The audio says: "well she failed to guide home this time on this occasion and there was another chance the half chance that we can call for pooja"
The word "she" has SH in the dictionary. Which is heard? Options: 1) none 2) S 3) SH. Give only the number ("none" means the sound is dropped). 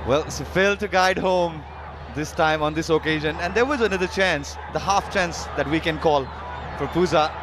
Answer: 2